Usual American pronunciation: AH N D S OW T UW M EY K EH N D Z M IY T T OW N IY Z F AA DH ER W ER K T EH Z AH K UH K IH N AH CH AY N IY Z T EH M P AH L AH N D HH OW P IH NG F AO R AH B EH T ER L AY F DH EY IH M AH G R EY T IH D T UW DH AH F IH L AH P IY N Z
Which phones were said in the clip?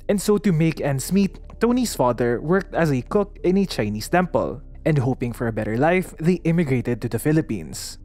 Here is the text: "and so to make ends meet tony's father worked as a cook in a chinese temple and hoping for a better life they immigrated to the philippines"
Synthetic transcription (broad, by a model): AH N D S OW T UW M EY K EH N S M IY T T OW N IY S F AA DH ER W ER K T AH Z AH K UH K IH N AH CH AY N IY S T EH M P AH L AH N D HH OW P IH NG F AO R AH B EH T ER L AY F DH EY IH M AH G R EY T IH D T UW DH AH F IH L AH P IY N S